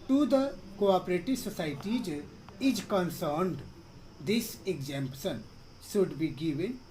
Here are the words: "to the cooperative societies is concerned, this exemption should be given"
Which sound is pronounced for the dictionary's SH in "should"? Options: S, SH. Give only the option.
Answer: S